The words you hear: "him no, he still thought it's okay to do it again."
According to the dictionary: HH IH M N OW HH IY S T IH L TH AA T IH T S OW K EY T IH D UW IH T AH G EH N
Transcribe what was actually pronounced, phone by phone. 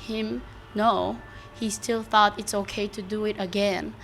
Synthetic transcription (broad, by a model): HH IH M N OW HH IY S T IH L TH AA T IH T S OW K EY T IH D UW IH T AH G EH N